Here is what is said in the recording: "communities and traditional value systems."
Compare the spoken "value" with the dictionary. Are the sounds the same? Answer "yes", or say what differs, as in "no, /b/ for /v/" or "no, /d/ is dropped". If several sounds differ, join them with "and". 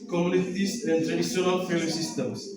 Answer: no, /f/ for /v/